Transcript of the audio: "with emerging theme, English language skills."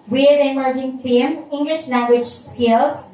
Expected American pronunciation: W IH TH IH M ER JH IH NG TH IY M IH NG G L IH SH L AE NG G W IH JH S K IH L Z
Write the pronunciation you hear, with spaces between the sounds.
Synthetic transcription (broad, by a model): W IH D IH M ER JH IH NG F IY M IH NG G L IH SH L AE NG G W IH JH S K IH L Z